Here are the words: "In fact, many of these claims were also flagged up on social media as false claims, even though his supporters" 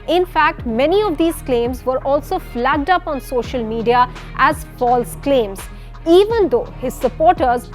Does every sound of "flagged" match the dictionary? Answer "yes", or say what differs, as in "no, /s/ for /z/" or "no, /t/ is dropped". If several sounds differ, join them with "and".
yes